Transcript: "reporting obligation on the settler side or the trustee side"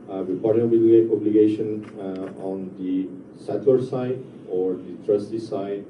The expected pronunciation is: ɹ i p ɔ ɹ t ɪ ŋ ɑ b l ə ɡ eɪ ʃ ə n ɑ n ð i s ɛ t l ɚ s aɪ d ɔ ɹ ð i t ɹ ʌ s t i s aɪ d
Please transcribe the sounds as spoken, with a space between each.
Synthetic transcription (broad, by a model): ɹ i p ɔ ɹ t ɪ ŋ ɑ b l ə ɡ eɪ ʃ ə n ɑ n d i s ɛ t w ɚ s aɪ d ɔ ɹ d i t ɹ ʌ s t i s aɪ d